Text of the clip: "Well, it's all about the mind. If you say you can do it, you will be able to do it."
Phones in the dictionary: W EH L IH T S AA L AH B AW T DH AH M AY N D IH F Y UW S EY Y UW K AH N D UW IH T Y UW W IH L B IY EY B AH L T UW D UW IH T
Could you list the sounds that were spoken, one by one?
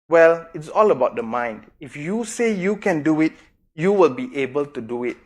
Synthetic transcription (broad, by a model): W EH L IH T S AA L AH B AW T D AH M AY N D IH F Y UW S EY Y UW K AH N D UW IH T Y UW W IH L B IY EY B AH L T UW D UW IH T